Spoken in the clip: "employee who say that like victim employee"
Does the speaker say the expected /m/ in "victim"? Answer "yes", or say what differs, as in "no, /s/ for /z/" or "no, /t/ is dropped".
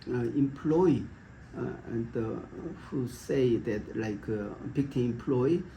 no, /m/ is dropped